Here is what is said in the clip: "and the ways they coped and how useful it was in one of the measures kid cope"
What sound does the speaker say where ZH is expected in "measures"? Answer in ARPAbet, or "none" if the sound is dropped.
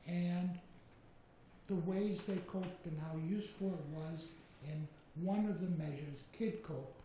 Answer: ZH